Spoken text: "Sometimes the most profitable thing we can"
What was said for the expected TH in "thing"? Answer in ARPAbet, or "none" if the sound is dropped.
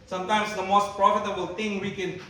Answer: T